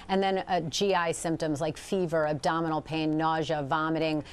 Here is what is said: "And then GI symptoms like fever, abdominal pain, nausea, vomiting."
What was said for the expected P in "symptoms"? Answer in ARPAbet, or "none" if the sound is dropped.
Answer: P